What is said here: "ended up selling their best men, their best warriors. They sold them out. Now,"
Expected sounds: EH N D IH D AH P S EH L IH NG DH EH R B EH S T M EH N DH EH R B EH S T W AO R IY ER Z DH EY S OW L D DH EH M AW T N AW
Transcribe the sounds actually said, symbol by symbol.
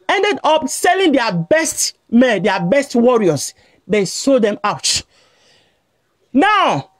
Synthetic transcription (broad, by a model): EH N D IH D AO P S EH L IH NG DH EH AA B EH S T M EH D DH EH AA B EH S T W AO R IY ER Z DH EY S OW D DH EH M AW T N AW